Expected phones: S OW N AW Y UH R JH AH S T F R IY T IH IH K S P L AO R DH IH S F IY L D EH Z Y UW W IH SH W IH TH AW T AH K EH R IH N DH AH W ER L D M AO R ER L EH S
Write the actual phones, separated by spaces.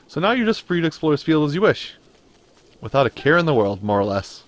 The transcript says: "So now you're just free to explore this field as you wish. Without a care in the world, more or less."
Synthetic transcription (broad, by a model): S OW N AW Y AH R JH AH S T F R IY T IH IH K S P L AO R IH S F IY L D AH Z Y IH W IH SH W IH TH AW T AH K EH R IH N DH AH W ER L D M AO R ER L EH S